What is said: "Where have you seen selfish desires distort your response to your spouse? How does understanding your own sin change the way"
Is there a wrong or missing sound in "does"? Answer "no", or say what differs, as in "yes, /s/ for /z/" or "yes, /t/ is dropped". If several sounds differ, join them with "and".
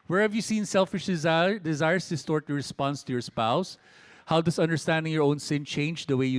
yes, /s/ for /z/